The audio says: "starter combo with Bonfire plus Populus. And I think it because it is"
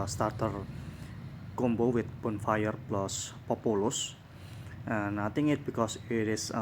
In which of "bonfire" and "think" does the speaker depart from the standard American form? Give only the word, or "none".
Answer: think